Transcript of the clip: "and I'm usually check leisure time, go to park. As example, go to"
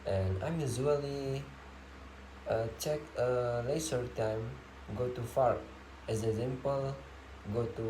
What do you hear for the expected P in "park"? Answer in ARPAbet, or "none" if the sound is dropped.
F